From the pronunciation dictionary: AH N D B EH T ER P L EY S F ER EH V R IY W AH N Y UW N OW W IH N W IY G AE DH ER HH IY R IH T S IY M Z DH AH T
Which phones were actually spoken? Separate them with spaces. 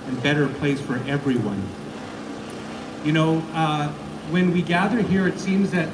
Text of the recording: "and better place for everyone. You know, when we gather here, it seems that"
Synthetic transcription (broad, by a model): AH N B EH T ER P L EY S F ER EH V R IY W AH N Y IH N OW W IH N W IY G AE DH ER HH IY R IH T S IY M Z DH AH T